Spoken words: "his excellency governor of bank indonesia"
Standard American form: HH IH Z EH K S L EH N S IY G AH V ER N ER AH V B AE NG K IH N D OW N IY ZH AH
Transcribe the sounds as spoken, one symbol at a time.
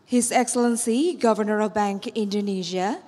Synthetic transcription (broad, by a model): HH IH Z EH K S L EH N S IY G AH V ER N ER AH V B AE NG K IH N D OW N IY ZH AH